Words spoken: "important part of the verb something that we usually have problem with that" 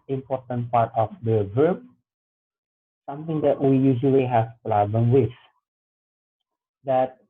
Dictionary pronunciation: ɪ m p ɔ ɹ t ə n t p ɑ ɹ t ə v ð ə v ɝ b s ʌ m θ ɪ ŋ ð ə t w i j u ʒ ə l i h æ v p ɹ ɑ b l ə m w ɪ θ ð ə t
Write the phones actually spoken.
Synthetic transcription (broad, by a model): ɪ m p ɔ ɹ t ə n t p ɑ ɹ t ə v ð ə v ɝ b s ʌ m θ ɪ ŋ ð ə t w i j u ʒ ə l i h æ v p l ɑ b ə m w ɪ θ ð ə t